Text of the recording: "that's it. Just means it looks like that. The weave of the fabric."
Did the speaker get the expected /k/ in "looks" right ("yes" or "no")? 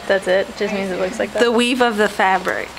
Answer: yes